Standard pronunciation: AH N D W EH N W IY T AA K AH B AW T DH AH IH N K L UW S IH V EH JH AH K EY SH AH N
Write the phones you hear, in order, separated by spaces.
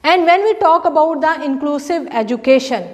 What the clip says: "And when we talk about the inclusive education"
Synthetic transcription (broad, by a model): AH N D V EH N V IY T AA K AH B AW T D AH IH N K L UW S IH V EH JH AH K EY SH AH N